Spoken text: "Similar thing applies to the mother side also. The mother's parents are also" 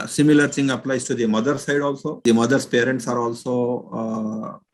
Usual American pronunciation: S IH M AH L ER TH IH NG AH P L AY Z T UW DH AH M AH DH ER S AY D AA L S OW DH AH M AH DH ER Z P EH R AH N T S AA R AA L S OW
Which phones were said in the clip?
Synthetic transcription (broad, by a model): S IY M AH L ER S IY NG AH P L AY S T UW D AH M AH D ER S AY D AA L S OW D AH M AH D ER S P EH R AH N T S AA R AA L S OW